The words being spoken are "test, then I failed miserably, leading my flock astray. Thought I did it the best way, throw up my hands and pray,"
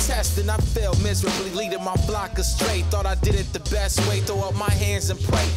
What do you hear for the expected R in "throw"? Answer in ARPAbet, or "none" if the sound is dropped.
none